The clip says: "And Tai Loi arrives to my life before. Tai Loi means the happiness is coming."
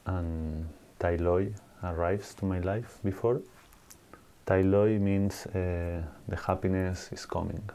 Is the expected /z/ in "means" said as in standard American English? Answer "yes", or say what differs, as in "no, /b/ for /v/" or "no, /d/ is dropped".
no, /s/ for /z/